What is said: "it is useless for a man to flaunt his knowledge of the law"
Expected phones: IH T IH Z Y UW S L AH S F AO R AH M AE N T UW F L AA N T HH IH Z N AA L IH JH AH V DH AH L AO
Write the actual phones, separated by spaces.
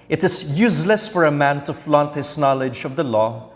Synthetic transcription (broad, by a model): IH T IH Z Y UW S L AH S F AO R AH M AE N T UW F L AA N T HH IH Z N AA L IH JH AH V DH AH L AO